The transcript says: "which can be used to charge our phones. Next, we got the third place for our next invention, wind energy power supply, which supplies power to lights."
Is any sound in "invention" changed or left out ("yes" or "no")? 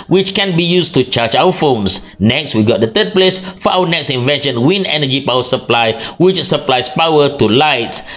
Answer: no